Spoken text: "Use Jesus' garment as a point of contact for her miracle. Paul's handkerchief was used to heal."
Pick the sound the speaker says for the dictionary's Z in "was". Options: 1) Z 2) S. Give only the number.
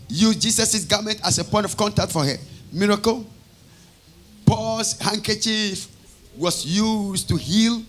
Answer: 2